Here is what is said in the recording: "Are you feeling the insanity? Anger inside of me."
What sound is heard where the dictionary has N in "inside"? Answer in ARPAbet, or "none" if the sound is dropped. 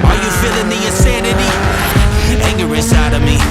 none